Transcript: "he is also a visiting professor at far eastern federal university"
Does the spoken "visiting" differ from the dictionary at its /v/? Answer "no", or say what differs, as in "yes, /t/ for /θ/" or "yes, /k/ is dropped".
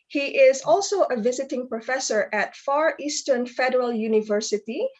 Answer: no